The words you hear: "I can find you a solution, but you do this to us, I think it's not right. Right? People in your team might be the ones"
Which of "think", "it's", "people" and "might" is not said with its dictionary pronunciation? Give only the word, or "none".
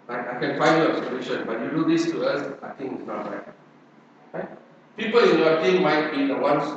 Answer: think